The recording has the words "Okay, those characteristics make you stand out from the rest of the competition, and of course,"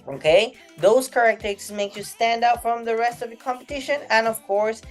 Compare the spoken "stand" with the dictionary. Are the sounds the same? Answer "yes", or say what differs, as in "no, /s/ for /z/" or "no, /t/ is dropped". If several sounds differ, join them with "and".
yes